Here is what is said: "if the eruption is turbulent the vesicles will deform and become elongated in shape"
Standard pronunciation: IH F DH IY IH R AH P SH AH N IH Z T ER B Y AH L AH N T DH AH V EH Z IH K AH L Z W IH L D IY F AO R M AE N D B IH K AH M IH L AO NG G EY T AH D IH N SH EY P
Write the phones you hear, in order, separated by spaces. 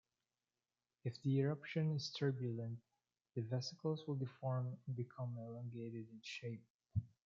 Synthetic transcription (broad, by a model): IH F DH IY IH R AH P SH AH N IH Z T ER B Y AH L AH N T DH AH V EH S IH K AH L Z W IH L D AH F AO R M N B IH K AH M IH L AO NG G EY T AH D IH N SH EY P